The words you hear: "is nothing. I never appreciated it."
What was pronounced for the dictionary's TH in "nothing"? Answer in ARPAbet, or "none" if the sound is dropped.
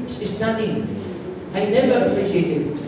T